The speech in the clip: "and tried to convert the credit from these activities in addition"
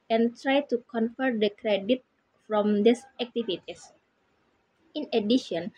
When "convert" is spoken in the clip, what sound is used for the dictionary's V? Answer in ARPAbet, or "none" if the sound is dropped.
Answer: F